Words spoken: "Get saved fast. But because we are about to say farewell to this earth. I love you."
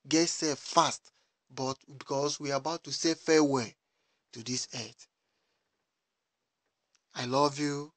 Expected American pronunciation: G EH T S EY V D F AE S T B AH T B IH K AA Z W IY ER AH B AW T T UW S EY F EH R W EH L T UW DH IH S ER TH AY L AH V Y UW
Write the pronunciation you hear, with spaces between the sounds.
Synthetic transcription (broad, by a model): G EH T S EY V F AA S T B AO T B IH K AA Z W IY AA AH B AW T T UW S EY F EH W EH T UW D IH S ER T AY L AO V Y UW